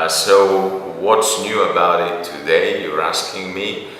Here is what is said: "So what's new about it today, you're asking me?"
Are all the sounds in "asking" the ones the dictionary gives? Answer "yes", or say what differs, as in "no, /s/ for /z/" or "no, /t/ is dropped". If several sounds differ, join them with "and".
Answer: yes